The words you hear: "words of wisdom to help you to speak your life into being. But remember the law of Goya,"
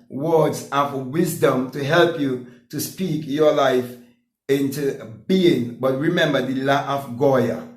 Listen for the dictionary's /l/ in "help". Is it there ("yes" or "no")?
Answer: yes